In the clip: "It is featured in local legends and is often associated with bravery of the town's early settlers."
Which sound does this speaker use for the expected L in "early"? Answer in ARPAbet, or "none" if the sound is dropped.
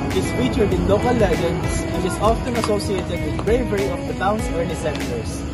N